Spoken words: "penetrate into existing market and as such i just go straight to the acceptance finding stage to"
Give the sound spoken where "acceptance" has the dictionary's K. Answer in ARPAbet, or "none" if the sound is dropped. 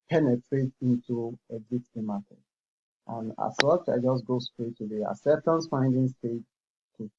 none